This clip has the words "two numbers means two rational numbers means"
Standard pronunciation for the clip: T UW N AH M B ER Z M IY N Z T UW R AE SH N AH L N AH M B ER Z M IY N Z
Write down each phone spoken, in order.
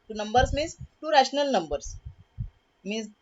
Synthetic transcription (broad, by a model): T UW N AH M B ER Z M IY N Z T UW R AE SH N AH L N AH M B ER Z M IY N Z